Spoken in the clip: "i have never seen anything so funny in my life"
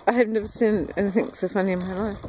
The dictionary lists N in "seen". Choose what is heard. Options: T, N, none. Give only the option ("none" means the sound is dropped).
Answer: N